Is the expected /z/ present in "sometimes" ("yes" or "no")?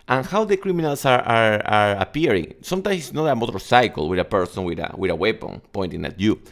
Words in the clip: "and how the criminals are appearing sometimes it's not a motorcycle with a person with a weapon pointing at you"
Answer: no